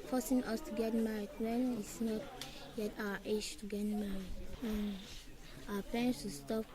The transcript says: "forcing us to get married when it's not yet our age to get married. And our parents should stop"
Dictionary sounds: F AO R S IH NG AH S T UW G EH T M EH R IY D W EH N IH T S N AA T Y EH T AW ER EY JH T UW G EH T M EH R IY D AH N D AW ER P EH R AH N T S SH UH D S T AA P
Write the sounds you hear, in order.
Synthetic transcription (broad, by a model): F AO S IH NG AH S T UW G EH T M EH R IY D W EH N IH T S N AA T Y EH T AW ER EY SH T UW G EH T M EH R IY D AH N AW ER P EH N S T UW S T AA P